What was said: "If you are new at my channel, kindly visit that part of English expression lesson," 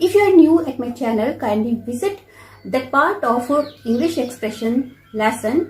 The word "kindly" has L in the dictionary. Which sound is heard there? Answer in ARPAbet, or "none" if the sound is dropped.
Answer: none